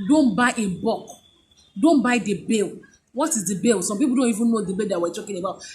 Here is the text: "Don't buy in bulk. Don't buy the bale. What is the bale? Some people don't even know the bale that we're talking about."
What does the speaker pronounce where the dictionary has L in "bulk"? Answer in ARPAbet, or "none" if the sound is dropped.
none